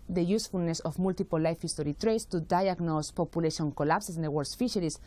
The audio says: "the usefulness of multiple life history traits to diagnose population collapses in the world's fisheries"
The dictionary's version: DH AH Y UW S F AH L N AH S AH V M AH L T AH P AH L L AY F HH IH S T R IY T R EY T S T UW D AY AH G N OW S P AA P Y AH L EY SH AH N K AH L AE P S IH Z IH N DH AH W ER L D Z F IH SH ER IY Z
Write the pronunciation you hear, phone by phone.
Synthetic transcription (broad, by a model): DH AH Y UW S F AH L N AH S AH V M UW L T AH P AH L L AY F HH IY S T R IY T R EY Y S T UW D AY AH G N OW S P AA P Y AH L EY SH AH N K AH L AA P S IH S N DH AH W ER D S F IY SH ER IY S